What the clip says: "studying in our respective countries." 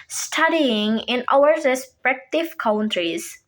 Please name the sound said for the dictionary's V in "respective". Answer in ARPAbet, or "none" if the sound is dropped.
F